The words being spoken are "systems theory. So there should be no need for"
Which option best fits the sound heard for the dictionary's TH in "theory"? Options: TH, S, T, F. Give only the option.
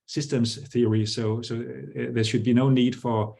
TH